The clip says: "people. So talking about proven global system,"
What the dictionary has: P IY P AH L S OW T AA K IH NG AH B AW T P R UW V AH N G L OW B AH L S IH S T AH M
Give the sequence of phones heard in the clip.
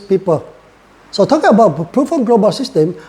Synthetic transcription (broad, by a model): P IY P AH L S OW T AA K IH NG AH B AW T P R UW F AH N G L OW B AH S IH S T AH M